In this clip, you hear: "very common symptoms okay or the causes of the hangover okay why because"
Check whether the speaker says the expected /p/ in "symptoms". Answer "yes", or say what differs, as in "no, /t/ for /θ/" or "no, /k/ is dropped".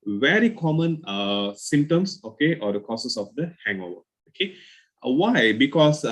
no, /p/ is dropped